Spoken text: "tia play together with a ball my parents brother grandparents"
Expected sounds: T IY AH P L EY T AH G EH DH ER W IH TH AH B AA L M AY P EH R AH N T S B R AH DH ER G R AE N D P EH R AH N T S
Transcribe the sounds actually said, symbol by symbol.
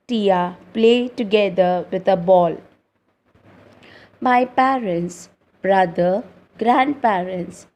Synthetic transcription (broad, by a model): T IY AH P L EY T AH G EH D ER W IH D AH B AA L M AY P EH R AH N T S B R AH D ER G R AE N D P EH R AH N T S